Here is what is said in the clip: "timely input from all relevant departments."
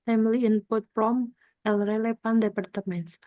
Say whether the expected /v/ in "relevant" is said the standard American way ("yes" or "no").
no